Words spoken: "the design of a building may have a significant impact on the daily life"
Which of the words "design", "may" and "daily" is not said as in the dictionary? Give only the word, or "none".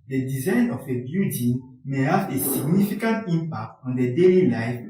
none